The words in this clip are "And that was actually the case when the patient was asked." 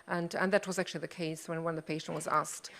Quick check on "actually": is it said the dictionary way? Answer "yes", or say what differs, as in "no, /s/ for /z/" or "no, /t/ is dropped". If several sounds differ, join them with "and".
yes